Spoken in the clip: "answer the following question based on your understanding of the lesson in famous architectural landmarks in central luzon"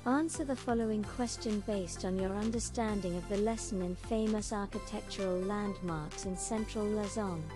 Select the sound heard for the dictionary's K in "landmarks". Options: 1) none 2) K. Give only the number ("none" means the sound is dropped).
2